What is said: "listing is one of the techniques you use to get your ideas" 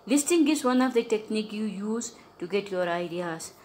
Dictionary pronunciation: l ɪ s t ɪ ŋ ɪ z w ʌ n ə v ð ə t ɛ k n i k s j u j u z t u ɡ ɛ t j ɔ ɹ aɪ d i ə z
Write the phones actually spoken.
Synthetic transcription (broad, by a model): l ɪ s t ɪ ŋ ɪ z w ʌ n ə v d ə t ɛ k n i k j u j u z t u ɡ ɛ t j ɔ ɹ aɪ d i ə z